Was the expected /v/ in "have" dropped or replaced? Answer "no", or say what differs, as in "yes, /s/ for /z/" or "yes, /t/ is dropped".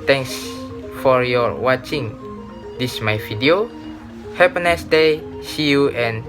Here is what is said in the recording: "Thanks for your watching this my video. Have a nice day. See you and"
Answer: yes, /p/ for /v/